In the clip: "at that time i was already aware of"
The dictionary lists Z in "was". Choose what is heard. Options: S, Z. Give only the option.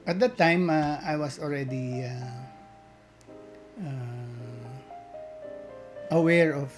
S